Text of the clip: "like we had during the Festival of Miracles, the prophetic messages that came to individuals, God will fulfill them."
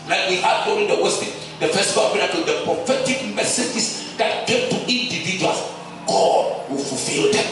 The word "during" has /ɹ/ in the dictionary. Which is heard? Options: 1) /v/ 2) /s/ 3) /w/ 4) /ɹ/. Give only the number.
3